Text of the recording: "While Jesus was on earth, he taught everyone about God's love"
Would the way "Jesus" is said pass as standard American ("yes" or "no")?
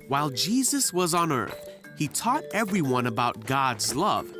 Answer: yes